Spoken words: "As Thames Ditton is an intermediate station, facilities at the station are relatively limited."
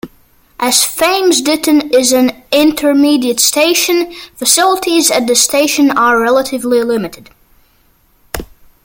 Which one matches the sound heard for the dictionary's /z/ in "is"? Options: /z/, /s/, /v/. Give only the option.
/z/